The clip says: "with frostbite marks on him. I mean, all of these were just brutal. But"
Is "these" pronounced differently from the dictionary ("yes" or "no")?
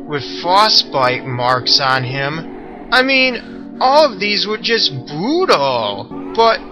no